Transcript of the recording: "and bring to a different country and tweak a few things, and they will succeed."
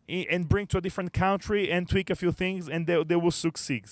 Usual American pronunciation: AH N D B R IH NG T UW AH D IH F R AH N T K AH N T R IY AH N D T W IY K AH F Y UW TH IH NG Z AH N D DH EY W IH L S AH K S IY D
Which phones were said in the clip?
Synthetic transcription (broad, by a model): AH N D B R IH NG T UW AH D IH F R AH N T K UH N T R IY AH N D T W IY K AH F Y UW TH IH NG Z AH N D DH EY W IH L S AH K S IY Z